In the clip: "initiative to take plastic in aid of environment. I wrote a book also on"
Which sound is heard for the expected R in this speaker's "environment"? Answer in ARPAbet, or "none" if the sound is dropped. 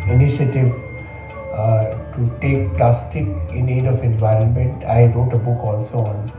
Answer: R